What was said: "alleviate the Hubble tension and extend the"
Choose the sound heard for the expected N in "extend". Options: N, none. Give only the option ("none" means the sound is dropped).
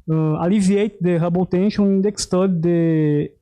none